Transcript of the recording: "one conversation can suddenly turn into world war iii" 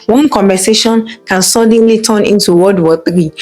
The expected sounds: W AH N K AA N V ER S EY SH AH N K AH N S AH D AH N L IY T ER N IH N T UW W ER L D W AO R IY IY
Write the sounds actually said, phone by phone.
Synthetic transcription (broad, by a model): W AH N K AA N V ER S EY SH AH N K AH N S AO D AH N L IY T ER N IH N T UW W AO D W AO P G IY